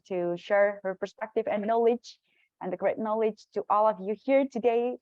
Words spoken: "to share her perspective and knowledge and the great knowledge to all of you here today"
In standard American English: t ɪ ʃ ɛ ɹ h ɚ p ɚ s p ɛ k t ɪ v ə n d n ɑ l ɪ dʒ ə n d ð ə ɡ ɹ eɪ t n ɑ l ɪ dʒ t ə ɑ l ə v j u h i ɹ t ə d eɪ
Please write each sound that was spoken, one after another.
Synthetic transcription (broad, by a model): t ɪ ʃ ɛ ɹ h ɚ p ɚ s p ɛ k t ɪ v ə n n ɑ l ɪ dʒ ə n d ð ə ɡ ɹ eɪ t n ɑ l ɪ dʒ t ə ɑ l ə v j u h i ɹ t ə d eɪ